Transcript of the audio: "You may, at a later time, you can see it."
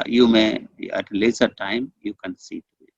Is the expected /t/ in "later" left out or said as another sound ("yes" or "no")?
yes